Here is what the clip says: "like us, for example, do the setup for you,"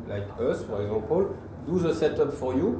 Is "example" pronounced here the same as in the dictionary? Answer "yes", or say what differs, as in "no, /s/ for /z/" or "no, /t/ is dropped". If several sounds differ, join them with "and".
no, /m/ is dropped